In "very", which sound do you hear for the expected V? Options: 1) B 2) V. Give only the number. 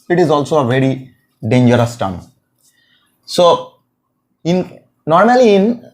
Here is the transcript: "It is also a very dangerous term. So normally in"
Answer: 2